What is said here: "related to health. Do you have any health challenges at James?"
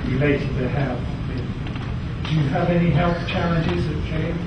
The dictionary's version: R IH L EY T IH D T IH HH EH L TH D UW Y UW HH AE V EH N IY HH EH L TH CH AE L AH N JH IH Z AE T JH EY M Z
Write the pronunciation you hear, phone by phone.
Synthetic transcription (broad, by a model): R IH L EY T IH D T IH HH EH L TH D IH Y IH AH V EH N IY HH EH L TH CH AE L AH N JH IH Z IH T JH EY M